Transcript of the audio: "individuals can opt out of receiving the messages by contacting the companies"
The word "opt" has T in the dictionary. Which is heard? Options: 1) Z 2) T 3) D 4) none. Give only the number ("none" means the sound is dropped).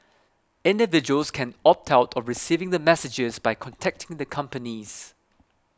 2